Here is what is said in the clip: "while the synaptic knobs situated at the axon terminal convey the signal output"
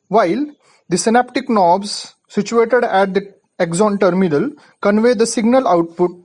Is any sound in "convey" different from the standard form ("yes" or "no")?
no